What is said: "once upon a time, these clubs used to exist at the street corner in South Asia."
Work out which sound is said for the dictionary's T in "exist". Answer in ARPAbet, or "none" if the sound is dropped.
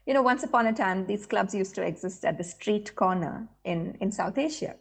T